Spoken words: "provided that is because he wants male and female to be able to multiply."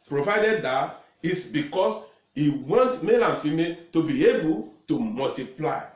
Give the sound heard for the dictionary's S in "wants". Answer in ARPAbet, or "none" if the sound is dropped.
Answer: none